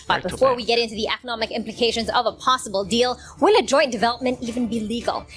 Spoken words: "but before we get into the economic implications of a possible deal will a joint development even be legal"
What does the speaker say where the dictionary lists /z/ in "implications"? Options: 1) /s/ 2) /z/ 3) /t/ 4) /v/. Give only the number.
2